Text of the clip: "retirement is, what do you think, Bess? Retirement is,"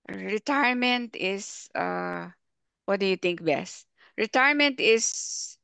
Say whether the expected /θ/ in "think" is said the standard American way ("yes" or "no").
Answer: no